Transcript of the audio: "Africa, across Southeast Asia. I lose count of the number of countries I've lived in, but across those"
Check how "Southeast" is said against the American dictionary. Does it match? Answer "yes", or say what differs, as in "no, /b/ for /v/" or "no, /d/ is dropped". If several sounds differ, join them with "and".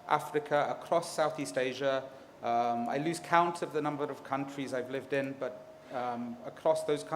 yes